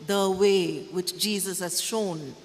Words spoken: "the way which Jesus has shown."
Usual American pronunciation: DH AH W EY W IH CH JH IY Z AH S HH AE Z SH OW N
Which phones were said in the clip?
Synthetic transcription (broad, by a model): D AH W EY W IH CH JH IY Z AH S HH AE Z SH OW N